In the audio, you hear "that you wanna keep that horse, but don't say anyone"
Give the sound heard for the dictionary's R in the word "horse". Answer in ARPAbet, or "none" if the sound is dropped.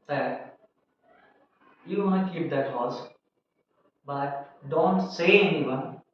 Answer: L